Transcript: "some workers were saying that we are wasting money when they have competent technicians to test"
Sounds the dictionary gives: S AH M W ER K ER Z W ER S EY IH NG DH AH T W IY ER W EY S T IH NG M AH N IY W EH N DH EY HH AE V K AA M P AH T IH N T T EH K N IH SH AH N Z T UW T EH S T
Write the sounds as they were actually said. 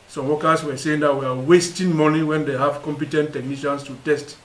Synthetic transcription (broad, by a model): S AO M W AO K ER S W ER S EY IH NG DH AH T W IY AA W EY S T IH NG M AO N IY W EH N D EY HH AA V K AA M P AH T IH N T T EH K N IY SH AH N S T UW T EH S T